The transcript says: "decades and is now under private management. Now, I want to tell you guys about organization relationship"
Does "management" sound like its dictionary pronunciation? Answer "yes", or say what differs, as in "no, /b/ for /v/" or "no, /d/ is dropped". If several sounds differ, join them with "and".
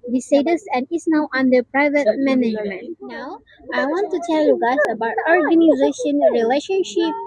yes